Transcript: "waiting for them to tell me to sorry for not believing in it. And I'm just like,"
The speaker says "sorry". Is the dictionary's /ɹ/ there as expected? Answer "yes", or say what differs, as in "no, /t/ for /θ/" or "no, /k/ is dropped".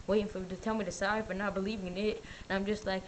no, /ɹ/ is dropped